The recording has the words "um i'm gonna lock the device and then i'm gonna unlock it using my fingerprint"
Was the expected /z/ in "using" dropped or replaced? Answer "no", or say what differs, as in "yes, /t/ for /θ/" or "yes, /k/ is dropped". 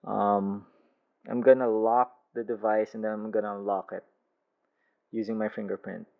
no